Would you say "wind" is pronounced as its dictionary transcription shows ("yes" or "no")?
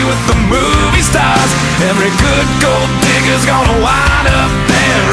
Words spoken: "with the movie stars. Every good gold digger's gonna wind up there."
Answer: no